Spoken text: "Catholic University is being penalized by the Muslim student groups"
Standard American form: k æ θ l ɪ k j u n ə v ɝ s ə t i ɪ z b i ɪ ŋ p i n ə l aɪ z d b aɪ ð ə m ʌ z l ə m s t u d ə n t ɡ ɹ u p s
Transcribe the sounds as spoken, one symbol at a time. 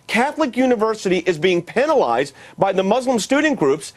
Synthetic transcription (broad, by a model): k æ θ l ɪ k j u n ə v ɝ s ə t i ɪ z b i ɪ ŋ p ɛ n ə l aɪ z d b aɪ ð ə m ʌ z l ə m s t u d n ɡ ɹ u p s